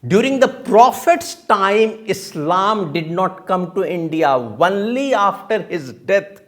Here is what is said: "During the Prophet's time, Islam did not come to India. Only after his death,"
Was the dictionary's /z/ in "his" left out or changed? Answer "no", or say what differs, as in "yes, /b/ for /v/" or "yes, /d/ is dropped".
no